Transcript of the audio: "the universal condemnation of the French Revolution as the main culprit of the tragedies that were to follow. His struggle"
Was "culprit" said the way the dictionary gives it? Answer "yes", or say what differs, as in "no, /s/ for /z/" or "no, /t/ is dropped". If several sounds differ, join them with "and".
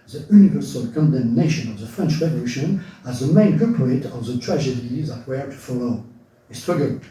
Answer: no, /l/ is dropped